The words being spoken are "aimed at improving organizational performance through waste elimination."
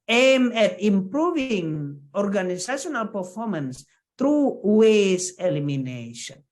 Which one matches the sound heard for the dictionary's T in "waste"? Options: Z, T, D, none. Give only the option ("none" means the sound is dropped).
none